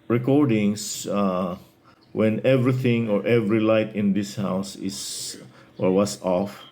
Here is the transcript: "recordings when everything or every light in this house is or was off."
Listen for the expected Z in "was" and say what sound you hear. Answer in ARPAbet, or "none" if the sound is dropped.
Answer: S